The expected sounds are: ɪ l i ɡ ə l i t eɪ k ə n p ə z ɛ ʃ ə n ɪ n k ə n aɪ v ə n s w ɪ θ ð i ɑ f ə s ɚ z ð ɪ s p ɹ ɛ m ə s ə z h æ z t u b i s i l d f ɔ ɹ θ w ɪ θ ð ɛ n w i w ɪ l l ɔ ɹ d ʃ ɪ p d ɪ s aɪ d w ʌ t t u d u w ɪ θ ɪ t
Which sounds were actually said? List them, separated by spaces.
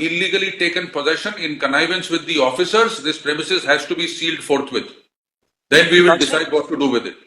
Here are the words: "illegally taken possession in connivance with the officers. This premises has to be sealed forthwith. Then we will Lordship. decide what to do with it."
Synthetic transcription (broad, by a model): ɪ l i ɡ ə l i t eɪ k ə n p ə z ɛ ʃ ə n ɪ n k ə n aɪ v ə n s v ɪ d i ɑ f ə s ɚ z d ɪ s p ɹ ɛ m ə s ə z h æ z t u b i s i l d f ɔ ɹ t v ɪ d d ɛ n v i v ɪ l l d d ɪ s aɪ d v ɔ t t u d u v ɪ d ɪ t